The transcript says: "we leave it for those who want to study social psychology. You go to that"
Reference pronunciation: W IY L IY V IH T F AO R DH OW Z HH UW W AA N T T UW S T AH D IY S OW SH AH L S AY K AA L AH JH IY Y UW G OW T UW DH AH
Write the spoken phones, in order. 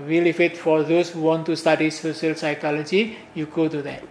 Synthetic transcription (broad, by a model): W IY L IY F IH T F AO R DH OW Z HH UW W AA N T T UW S T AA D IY S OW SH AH L S AY K AA L AH JH IY Y UW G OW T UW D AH